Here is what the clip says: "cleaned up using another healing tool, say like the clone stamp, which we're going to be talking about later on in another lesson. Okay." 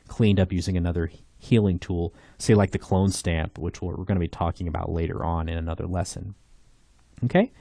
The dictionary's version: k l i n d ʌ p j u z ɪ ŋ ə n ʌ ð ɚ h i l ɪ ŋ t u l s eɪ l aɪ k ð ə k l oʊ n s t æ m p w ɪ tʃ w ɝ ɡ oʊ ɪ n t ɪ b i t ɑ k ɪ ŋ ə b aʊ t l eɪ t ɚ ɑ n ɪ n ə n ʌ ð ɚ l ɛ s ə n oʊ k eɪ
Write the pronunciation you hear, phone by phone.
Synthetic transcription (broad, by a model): k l i n d ʌ p j u z ɪ ŋ ə n ʌ ð ɚ h i l ɪ ŋ t u l s eɪ l aɪ k ð ə k l oʊ n s t æ m p w ɪ tʃ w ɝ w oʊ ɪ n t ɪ b i t ɑ k ɪ ŋ ə b aʊ t l eɪ t ɚ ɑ n ɪ n ə n ʌ ð ɚ l ɛ s ə n oʊ k eɪ